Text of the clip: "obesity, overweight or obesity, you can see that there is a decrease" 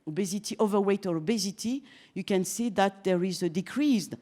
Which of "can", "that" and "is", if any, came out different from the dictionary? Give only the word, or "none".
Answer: none